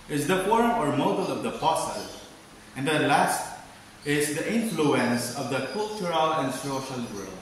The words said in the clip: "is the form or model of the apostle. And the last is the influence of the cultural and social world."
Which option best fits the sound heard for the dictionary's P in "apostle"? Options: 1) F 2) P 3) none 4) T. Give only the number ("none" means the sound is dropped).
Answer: 1